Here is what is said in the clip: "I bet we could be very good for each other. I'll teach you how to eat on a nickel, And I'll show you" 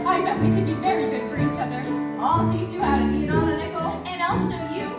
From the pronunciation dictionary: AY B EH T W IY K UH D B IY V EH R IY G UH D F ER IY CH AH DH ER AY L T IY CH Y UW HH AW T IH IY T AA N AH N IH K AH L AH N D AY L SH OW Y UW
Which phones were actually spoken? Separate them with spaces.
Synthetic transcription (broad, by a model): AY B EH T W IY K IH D B IY V EH R IY G UH D F ER IY CH AH DH ER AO L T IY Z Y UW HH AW T IH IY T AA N AH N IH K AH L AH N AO L S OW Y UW